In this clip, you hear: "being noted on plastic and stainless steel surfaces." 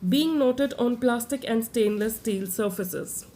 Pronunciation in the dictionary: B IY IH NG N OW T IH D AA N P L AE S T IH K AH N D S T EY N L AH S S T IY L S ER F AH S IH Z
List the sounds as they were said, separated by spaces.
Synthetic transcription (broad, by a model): B IY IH NG N OW T IH D AA N P L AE S T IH K AH N D S T EY N L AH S S T IY L S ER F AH S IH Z